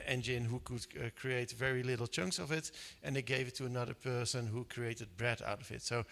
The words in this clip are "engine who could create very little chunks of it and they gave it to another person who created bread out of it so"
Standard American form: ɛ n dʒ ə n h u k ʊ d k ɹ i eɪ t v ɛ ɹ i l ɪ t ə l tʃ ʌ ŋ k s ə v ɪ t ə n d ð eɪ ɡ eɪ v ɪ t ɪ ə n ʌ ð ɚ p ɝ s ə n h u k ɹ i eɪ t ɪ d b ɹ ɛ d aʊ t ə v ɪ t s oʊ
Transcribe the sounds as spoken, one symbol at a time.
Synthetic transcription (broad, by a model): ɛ n dʒ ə n h u k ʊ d k ɹ i eɪ t v ɛ ɹ i l ɪ t l tʃ ʌ ŋ k s ə v ɪ t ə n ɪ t ɡ eɪ v ɪ t ɪ ə n ʌ ð ɚ p ɝ s ə n h u k ɹ i eɪ t ɪ d b ɹ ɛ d aʊ t ə v ɪ t s oʊ